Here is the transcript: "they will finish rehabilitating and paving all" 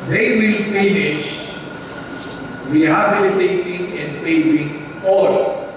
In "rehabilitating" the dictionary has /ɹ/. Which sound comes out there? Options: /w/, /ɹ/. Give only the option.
/w/